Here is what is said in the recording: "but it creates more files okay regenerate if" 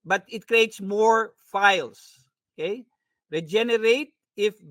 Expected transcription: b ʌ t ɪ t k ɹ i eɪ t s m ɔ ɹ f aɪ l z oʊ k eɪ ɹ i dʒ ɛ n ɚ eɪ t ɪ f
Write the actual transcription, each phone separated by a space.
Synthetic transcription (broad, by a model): b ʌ t ɪ t k ɹ i eɪ t s m ɔ ɹ f aɪ l s oʊ k eɪ ɹ i dʒ ɛ n ɚ eɪ t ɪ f